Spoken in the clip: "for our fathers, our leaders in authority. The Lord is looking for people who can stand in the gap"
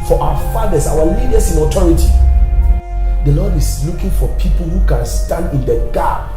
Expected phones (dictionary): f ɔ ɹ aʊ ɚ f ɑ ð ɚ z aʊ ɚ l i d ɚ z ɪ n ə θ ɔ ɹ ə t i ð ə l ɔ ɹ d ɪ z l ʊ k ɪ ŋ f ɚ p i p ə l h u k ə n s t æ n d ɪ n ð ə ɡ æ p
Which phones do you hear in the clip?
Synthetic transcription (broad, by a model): f ɔ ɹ aʊ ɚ f ɑ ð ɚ s aʊ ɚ l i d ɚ s ɪ n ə t ɔ ɹ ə t i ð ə l ɔ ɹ d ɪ s l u k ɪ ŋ f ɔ p i p ə l h u k ə n s t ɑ n d ɪ n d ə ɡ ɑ